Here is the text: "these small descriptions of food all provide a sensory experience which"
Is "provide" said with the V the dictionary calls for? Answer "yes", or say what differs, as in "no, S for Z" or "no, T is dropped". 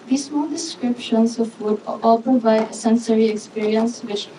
no, B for V